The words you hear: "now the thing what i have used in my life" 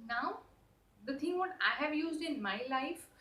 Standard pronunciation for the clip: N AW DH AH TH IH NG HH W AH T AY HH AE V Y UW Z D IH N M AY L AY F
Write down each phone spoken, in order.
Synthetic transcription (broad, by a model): N AW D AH T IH NG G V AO T AY HH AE V Y UW Z D IH N M AY L AY F